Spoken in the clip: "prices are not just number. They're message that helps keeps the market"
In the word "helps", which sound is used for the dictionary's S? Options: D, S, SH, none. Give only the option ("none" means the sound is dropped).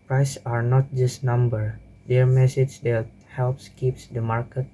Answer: S